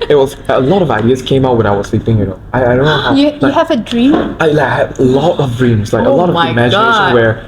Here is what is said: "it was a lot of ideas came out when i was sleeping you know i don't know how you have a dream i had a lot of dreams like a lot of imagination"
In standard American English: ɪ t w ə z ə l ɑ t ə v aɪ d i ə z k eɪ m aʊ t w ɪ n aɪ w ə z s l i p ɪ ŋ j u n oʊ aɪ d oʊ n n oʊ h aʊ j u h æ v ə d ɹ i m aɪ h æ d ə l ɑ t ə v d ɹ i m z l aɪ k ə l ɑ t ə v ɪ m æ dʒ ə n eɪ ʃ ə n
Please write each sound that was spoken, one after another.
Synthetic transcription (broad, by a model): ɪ t w ə z ə l ɑ t ə v aɪ d i ə z k eɪ m aʊ t w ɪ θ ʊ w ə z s l i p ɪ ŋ j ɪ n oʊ aɪ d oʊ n n oʊ h aʊ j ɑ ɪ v ə d ɹ i m aɪ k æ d ə l ɑ t ə v d ɹ i m z l aɪ k ə l ɑ t ə v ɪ m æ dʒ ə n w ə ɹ